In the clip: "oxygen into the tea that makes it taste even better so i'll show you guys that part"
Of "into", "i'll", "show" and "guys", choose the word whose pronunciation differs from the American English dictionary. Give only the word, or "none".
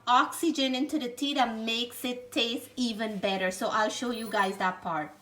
none